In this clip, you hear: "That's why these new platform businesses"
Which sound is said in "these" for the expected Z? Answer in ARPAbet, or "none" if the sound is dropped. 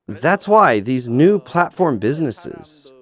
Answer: Z